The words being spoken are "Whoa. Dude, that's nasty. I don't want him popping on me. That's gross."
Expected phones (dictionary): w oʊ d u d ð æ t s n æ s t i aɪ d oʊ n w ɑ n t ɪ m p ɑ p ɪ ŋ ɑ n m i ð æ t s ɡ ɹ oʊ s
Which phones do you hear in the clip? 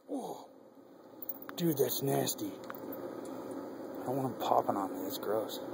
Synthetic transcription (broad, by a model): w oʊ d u ð æ t s n æ s t i aɪ d oʊ n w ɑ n ɪ p ɑ p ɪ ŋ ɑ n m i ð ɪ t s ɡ ɹ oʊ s